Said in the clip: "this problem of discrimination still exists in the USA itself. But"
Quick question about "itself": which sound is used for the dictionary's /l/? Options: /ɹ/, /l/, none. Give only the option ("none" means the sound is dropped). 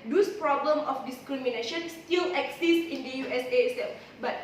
none